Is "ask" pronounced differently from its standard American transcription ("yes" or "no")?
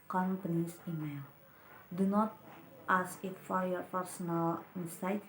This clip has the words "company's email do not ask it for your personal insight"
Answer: yes